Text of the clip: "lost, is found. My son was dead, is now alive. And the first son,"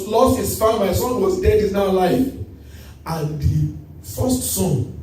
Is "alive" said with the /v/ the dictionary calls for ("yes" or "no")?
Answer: no